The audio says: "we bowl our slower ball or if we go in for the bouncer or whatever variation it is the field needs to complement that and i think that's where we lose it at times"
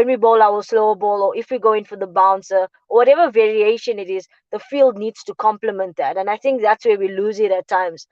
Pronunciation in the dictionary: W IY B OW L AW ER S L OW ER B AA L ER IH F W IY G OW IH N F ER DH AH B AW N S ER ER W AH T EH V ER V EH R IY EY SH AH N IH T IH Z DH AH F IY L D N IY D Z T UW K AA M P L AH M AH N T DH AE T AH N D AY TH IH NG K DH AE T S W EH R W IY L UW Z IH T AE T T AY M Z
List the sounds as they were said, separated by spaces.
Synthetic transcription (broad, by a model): W IY B OW L AW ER S L OW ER B AA L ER IH F W IY G OW IH N F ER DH AH B AW N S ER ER W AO T EH V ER V EH R IY EY SH AH N IH T IH Z DH AH F IY L D N IY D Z T UW K AA M P L AH M AH N T DH AE T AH N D AY TH IH NG K DH AE T S W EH W IY L UW Z IH T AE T T AY M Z